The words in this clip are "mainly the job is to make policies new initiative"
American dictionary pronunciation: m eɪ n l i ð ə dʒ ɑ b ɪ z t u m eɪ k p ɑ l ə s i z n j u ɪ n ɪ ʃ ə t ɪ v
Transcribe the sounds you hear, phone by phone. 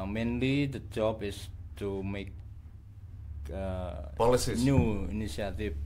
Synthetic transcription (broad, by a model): m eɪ n l i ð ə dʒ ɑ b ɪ s t u m eɪ k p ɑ l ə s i n j u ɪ n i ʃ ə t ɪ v